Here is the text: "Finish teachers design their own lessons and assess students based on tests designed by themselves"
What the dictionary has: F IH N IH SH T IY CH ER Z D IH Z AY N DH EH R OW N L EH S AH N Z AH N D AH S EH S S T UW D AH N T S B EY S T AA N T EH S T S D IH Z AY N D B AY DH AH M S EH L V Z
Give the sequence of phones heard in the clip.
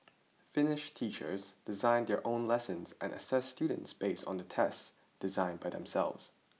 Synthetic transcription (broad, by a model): F IH N IH SH T IY CH ER Z D IH Z AY N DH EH R OW N L EH S AH N Z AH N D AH S EH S S T UW D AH N T S B EY S T N T EH S T S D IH Z AY N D B AY DH AH M S EH L V Z